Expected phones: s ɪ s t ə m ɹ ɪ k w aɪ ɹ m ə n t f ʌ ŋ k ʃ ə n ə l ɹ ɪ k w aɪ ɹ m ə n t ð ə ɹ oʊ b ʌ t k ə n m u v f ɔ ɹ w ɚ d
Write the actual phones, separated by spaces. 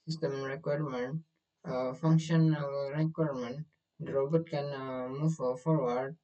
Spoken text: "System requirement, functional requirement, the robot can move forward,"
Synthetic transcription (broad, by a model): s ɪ s t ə m ɹ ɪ k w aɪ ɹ m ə n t f ʌ ŋ k ʃ ə n ə l ɹ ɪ k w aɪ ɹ m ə n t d ɹ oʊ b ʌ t k ə n m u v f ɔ ɹ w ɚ d